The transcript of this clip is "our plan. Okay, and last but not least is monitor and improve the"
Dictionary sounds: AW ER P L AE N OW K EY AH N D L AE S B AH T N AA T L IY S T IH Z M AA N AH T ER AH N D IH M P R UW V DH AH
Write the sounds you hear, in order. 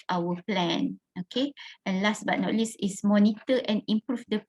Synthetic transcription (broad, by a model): AW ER P L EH N OW K EY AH N L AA S B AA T N AA T L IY S IH S M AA N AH T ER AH N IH M P R UW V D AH